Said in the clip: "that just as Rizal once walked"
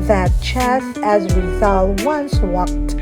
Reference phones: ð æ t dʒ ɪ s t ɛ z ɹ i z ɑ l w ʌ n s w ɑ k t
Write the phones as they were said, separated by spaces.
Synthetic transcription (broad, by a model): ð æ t tʃ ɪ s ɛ z w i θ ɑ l w ʌ n s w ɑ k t